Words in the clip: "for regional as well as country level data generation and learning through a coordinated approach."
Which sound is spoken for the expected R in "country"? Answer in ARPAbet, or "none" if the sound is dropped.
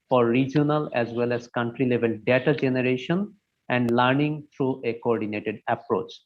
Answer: R